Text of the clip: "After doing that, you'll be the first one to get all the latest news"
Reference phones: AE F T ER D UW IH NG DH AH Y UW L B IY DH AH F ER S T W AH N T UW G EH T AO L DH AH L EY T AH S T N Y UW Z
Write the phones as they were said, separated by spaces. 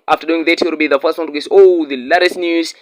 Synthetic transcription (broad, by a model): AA F T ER D UW IH NG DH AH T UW W B IY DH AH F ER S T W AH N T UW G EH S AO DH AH L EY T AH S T N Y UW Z